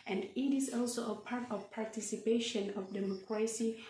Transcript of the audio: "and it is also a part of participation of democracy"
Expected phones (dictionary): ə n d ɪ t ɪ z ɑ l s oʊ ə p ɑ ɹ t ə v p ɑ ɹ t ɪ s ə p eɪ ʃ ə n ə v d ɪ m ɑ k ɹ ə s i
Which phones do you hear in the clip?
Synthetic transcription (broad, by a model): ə n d ɪ t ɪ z ɑ l s oʊ ə p ɑ ɹ t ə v p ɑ ɹ t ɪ s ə p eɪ ʃ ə n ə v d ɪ m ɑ k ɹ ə s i